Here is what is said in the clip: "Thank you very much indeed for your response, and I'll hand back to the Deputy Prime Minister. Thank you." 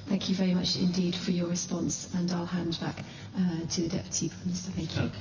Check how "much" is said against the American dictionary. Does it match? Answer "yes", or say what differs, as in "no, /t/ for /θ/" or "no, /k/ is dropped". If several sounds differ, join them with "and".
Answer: yes